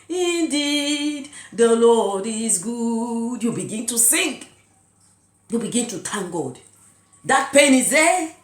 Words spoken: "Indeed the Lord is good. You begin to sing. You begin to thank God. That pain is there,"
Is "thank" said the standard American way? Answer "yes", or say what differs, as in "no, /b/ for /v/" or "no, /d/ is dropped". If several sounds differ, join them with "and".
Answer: no, /t/ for /θ/